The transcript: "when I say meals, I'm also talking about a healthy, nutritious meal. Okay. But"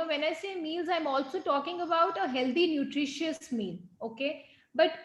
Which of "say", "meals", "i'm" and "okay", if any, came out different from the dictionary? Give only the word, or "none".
none